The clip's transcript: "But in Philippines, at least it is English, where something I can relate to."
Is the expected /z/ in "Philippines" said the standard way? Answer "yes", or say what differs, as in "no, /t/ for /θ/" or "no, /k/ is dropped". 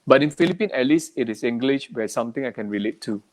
no, /z/ is dropped